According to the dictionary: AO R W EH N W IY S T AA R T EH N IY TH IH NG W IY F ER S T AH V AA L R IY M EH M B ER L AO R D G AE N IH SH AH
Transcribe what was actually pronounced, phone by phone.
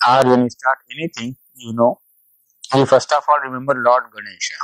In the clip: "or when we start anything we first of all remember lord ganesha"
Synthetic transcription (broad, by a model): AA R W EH N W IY S T AA R T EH N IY T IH NG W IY F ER S T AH F AA L R IY M EH M B ER L AO R D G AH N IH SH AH